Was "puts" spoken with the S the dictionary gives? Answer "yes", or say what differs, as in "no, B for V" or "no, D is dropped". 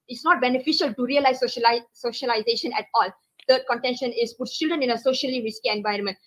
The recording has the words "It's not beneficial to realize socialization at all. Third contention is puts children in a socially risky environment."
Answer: no, S is dropped